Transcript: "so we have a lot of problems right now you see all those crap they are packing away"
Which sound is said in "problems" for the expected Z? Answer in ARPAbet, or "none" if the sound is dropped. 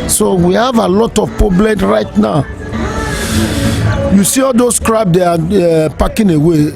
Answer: none